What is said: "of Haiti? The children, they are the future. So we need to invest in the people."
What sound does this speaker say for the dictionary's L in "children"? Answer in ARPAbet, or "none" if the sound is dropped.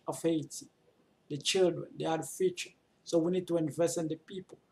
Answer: L